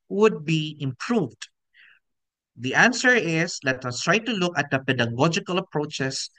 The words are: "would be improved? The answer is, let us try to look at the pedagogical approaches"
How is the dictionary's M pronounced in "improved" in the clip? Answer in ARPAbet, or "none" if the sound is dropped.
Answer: M